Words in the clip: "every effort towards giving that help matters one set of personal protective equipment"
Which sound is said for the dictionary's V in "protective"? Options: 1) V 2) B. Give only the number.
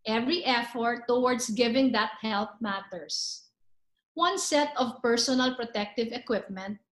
1